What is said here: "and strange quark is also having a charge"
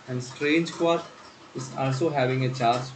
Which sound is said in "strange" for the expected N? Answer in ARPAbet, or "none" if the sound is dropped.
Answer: N